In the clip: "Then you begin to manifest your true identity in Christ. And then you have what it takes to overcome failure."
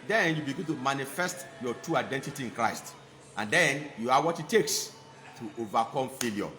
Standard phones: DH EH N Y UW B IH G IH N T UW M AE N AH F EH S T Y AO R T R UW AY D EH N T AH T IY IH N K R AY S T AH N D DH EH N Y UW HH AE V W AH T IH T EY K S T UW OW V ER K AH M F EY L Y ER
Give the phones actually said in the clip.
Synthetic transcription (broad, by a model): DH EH N Y UW B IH G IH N T UW M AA N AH F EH S T Y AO T R UW AY D EH N T AH T IY IH N K R AY S T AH N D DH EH N Y UW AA W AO T IH T EY K S T UW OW V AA K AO M F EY L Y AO